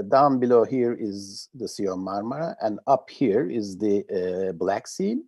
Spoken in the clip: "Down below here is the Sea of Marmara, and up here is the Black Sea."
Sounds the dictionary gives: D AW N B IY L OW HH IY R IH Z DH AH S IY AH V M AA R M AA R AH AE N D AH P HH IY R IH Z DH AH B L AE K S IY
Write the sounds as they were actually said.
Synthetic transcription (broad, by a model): D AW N B IY L OW HH IY R IH Z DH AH S IY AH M M AA R M AA R AH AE N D AH P HH IY R IH Z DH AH B L AE K S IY